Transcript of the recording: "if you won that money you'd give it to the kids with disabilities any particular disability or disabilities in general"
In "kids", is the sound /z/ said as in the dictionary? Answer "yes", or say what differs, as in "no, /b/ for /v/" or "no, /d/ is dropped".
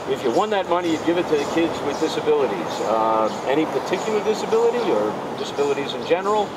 yes